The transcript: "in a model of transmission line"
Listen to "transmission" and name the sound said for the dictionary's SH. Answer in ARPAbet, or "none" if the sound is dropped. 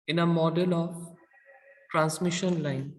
SH